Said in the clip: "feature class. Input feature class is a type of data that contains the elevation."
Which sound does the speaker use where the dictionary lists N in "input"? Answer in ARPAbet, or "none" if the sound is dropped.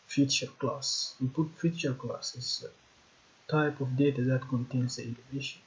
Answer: none